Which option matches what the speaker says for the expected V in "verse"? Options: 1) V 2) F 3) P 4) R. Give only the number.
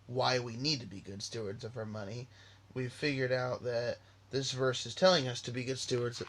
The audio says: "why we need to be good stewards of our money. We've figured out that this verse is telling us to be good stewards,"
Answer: 1